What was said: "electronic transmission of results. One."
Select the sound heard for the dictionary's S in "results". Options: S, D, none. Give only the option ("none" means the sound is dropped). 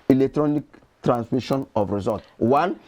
none